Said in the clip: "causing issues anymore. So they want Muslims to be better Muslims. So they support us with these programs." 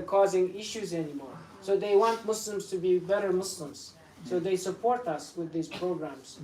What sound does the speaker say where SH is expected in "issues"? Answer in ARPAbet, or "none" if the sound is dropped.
SH